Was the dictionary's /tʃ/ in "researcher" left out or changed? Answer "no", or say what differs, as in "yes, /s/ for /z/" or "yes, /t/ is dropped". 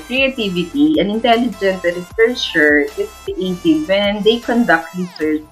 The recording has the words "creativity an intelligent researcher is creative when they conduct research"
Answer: yes, /ʃ/ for /tʃ/